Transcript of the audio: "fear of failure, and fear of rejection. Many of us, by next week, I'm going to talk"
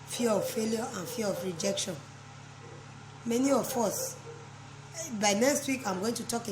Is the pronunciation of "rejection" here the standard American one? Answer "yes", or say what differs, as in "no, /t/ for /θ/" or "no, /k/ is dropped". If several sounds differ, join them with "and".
yes